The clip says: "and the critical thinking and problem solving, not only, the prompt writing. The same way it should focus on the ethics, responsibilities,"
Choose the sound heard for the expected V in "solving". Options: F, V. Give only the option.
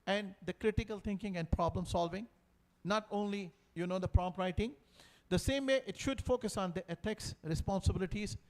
V